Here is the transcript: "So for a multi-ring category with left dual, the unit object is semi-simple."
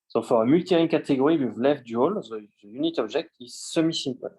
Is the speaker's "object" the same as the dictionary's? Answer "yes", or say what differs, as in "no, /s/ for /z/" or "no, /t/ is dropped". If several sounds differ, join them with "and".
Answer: no, /ʒ/ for /dʒ/